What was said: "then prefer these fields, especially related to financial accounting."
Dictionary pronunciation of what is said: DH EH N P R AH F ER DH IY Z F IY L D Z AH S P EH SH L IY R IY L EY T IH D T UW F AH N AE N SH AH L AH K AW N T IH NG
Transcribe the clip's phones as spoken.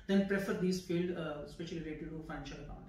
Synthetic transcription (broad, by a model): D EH N P R AH F ER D IY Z F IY L D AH S P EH SH IY L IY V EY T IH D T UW F AH N AE N SH AH L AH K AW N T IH